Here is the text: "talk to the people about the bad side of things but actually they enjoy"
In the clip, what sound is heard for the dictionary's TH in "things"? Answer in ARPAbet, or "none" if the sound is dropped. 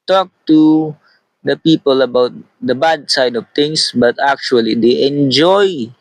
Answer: T